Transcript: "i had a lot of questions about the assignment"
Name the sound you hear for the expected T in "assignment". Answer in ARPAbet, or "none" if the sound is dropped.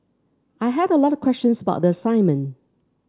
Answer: none